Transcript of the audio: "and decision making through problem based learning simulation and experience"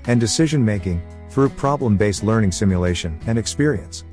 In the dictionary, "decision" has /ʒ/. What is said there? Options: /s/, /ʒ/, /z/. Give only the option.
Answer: /ʒ/